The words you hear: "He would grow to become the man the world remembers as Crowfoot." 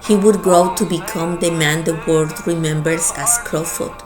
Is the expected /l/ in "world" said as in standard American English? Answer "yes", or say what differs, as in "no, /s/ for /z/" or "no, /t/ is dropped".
no, /l/ is dropped